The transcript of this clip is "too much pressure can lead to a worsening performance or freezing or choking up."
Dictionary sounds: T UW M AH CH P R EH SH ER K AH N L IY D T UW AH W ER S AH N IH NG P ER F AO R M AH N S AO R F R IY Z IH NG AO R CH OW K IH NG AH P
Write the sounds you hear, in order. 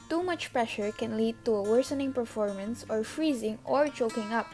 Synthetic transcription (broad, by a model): T UW M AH CH P R EH SH ER K AH N L IY D T UW AH W ER S AH N IH NG P ER F AO R M AH N S AO R F R IY Z IH NG AO R CH OW K IH NG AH P